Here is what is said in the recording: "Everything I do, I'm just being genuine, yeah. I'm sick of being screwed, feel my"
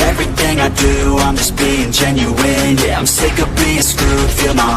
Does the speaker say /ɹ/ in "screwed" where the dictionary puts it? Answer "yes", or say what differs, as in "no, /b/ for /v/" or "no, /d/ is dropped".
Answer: no, /ɹ/ is dropped